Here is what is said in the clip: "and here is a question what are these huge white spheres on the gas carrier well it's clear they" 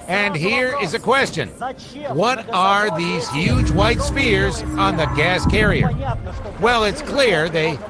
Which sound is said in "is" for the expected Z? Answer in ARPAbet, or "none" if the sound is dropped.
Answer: Z